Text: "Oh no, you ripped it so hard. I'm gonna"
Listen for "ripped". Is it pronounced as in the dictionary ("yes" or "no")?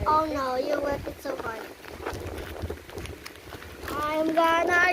no